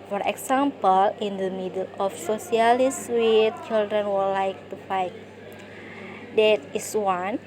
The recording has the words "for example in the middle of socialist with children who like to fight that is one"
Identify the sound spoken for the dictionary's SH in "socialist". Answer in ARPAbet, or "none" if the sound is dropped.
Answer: S